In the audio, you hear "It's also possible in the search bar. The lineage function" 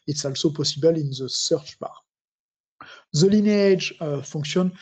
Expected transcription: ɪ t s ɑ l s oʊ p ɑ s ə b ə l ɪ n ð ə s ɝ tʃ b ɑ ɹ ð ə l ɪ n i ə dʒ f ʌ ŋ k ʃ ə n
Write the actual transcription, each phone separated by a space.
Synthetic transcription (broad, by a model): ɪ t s ɑ l s oʊ p ɑ s ə b ə l ɪ n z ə s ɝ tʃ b ɑ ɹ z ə l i n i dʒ f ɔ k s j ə n